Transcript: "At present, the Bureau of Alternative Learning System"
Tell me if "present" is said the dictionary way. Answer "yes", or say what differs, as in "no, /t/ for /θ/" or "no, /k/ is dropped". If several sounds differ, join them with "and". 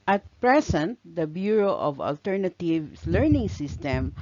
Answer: no, /s/ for /z/